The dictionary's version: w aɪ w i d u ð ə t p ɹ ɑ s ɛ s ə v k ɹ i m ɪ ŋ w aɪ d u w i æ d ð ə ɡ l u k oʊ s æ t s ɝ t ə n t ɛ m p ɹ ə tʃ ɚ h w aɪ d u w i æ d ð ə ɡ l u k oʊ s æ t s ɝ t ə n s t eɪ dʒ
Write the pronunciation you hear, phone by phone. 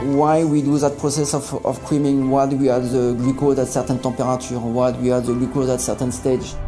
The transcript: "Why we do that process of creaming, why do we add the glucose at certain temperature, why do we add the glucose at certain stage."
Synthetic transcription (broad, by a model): w aɪ w i d u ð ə t p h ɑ s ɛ s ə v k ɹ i m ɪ ŋ w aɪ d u w i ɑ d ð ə ɡ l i k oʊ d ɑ t s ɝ t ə n t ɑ p ɹ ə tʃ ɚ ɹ w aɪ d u w i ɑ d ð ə ɡ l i k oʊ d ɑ t s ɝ t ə n s t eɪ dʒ